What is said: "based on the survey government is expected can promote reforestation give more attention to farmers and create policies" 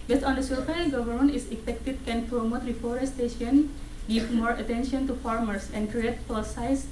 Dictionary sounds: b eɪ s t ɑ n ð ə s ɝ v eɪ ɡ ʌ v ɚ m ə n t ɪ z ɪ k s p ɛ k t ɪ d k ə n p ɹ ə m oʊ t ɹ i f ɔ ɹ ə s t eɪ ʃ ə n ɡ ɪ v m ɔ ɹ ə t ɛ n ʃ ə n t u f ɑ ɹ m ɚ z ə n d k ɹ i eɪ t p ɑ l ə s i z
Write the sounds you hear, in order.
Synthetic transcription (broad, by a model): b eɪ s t ɑ n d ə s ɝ p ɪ ɡ ʌ v ɚ m ə n t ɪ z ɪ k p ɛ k t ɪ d k ə n p ɹ ə m oʊ t ɹ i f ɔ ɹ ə s t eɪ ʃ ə n ɡ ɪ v m ɔ ɹ ə t ɛ n ʃ ə n t u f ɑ ɹ m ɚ s ə n d k ɹ i eɪ t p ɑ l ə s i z